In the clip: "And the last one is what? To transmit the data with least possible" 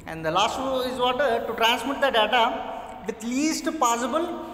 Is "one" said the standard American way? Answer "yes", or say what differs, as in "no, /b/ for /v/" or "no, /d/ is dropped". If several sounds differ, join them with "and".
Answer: no, /n/ is dropped